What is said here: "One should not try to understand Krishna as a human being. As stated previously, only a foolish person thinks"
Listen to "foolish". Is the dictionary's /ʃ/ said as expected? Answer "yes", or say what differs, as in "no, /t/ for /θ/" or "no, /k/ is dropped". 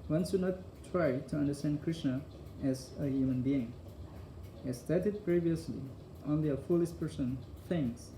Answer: no, /s/ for /ʃ/